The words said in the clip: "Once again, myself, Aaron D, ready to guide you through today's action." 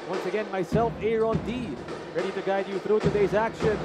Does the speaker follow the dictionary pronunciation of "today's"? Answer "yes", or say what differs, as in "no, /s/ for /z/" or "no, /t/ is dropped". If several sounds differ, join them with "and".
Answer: yes